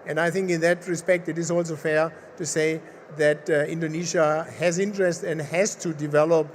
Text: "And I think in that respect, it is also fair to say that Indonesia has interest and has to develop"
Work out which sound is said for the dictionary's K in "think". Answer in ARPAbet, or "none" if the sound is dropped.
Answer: K